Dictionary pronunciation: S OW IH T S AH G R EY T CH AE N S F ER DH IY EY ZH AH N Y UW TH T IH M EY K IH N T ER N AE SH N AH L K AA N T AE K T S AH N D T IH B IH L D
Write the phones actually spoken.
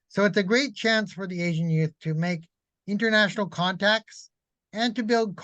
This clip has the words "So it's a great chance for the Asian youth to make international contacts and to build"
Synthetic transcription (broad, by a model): S OW IH T S AH G R EY T CH AE N S F ER DH IY EY ZH AH N Y UW TH T IH M EY K IH N T ER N AE SH N L K AA N T AE K T S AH N T IH B IH L D